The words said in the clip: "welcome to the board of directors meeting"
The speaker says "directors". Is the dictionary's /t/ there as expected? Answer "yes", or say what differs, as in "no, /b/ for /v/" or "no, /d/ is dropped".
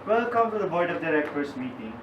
no, /s/ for /t/